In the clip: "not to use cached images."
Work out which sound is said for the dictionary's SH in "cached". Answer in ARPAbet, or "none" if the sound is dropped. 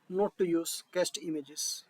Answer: S